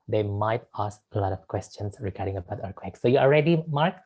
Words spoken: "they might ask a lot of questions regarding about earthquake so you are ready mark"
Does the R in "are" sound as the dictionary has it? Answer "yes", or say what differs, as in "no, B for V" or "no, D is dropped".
no, L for R